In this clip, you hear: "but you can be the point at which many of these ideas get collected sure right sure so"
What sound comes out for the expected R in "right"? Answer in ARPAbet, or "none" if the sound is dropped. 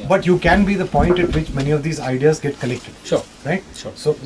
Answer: R